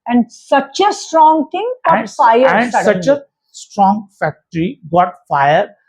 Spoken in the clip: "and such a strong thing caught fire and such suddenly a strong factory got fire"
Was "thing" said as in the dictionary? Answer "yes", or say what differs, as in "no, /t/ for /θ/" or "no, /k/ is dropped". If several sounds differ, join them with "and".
no, /t/ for /θ/